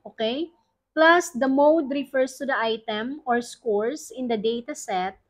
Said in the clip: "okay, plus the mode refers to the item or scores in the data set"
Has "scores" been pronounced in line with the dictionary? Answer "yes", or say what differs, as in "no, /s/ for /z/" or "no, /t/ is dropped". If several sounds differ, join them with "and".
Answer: no, /s/ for /z/